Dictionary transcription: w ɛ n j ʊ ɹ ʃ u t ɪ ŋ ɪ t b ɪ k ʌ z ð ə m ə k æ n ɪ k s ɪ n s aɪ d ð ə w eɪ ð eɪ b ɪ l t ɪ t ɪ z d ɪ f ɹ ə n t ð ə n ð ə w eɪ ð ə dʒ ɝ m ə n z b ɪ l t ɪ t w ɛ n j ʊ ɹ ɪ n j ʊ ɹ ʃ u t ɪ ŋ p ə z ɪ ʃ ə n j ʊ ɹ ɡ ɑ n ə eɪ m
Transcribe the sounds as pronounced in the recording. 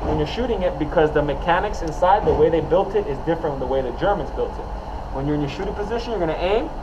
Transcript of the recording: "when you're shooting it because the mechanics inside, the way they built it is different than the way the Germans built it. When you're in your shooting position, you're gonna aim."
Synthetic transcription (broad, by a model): w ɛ n j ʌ ɹ ʃ u t ɪ ŋ ɪ t b ɪ k ʌ z ð ə m ə k æ n ɪ k s ɪ n s aɪ d ð ə w eɪ ð eɪ b ɪ l t ɪ t ɪ z d ɪ f ɹ ə n t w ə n ð ə w eɪ ð ə dʒ ɝ m ə n z b ɪ l t ɪ t w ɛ n j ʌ ɹ ɪ n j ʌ ɹ ʃ u t ɪ ŋ p ə z ɪ ʃ ə n j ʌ ɹ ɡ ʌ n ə eɪ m